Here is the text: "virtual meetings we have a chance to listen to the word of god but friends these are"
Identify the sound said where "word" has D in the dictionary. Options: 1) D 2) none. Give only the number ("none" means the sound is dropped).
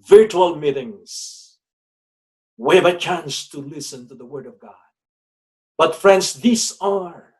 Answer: 1